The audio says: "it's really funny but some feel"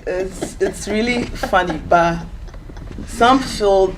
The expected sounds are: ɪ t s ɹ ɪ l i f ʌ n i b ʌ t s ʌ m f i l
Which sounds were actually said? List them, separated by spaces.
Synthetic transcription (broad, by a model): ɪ t s ɹ ɪ l i f ʌ n i b ʌ t s ʌ m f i l